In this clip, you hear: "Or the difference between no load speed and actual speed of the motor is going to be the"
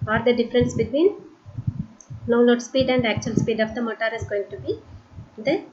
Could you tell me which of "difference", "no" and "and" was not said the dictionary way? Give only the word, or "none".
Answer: no